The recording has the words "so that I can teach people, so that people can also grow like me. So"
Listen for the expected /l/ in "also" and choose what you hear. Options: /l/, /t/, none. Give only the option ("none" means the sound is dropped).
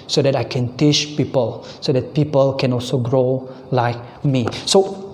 /l/